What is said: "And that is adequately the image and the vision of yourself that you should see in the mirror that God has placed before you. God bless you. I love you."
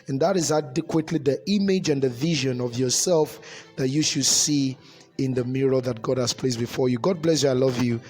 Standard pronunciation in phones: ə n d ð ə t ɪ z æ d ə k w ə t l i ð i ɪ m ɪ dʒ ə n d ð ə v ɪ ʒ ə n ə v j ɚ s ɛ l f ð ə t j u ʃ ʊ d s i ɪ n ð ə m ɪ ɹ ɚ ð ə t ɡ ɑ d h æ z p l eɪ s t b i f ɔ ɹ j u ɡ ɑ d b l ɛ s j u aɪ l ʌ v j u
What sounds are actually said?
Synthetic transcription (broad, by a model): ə n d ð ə t ɪ z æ d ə k w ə t l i ð i ɪ m ɪ dʒ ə n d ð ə v ɪ ʒ ə n ə v j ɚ s ɛ l f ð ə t j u ʃ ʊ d s i ɪ n ð ə m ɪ ɹ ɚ ð ə t ɡ ɑ d h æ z p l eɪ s b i f ɔ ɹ j u ɡ ɑ d b l ɛ s j u aɪ l ʌ v j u